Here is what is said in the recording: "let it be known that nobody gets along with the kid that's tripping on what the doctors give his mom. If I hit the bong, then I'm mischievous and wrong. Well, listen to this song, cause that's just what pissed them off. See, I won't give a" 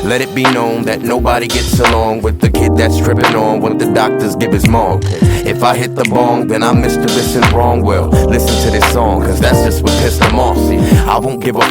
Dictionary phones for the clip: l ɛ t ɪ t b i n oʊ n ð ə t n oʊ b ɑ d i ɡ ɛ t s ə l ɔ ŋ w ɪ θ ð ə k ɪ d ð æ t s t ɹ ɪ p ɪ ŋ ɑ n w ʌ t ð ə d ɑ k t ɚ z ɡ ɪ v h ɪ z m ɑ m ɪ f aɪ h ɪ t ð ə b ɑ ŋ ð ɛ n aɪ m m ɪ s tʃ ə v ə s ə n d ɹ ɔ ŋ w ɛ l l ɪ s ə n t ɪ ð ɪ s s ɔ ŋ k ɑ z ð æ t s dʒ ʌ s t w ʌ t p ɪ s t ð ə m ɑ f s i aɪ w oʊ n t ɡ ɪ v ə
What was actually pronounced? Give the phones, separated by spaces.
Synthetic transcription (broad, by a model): l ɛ t ɪ t b i n oʊ n ð ə t n oʊ b ɑ d i ɡ ɛ t s ə l ɔ ŋ w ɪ ð ə k ɪ d ð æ t s t ɹ ɪ p ɪ ŋ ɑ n w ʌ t ð ə d ɑ k t ɚ z ɡ ɪ v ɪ z m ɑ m ɪ f aɪ h ɪ t ð ə b ɑ ŋ ð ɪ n aɪ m m ɪ s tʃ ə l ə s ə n ɹ ɔ ŋ w ɛ l l ɪ s ə n t ɪ ð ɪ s s ɔ ŋ k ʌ z ð æ t s dʒ ʌ s t w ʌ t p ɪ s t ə m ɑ s i aɪ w oʊ n ɡ ɪ v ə